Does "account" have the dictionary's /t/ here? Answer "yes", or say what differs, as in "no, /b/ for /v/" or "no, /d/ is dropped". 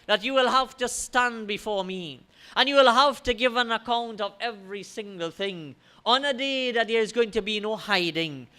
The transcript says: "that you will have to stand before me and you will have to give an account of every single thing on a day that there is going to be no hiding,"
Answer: yes